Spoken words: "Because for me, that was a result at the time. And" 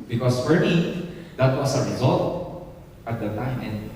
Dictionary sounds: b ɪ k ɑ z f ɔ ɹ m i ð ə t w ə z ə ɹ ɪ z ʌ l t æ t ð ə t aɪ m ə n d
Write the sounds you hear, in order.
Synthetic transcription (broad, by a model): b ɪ k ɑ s f ɔ ɹ m i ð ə t w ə s ə ɹ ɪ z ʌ l t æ t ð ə t aɪ m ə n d